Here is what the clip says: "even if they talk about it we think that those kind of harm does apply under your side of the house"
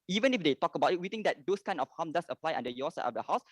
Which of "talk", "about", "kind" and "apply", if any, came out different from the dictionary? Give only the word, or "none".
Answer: kind